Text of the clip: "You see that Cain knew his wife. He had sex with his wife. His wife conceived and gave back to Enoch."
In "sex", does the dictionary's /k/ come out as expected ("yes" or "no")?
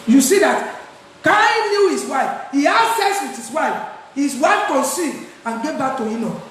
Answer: no